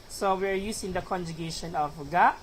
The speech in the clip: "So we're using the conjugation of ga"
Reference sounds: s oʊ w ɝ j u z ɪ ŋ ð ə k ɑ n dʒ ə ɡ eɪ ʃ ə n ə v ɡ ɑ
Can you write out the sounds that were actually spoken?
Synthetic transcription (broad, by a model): s oʊ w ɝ j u s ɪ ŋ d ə k ɑ n dʒ ə ɡ eɪ ʃ ə n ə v ɡ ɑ